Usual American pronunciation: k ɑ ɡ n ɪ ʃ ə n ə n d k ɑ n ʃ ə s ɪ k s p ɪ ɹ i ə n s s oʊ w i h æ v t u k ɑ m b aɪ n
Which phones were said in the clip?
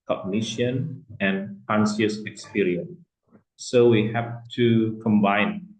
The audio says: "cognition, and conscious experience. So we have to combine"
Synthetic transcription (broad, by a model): k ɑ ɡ n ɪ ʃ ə n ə n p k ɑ n s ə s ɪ k s p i ɹ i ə n s s oʊ w i h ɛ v t u k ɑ m b aɪ n